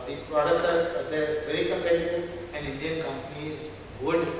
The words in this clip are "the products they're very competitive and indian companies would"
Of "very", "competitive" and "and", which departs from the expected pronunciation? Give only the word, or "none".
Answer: competitive